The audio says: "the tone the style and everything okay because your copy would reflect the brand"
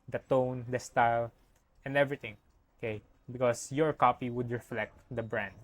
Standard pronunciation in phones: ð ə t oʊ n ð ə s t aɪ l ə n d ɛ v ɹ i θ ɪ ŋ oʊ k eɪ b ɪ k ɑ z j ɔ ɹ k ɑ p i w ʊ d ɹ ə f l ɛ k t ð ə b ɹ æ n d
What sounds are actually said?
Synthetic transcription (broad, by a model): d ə t oʊ n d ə s t aɪ l ə n d ɛ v ɹ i t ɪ ŋ oʊ k eɪ b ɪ k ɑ s j ɔ ɹ k ɑ p i w ʊ d ɹ ə f l ɛ k t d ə b ɹ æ n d